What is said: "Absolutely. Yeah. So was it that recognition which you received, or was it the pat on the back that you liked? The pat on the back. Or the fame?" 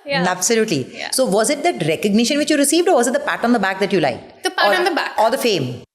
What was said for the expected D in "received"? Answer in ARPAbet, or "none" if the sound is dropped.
D